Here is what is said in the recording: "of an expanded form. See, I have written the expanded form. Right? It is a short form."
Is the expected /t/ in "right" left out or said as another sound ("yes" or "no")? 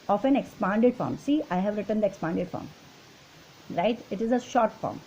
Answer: no